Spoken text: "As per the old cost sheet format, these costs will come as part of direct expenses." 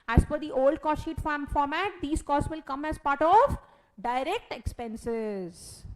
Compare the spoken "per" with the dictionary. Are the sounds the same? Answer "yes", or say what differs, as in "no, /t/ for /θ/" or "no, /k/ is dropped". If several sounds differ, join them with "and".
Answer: no, /f/ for /p/